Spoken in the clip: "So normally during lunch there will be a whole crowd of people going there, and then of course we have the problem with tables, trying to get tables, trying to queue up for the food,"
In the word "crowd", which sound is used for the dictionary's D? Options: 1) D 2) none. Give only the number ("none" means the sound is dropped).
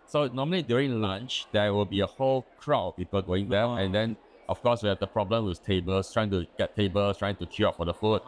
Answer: 2